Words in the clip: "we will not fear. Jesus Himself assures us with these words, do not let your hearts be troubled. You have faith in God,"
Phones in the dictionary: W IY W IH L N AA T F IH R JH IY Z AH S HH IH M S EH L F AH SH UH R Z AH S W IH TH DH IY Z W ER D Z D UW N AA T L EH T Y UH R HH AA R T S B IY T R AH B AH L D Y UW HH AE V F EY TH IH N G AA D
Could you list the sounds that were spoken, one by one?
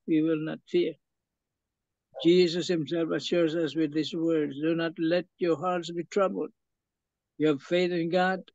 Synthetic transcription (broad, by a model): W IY W IH L N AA T F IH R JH IY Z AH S HH IH M S EH L F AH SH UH R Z AH S W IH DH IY S W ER D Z D UW N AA T L EH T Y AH R HH AA R T S B IY T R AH B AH L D Y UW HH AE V F EY TH IH N G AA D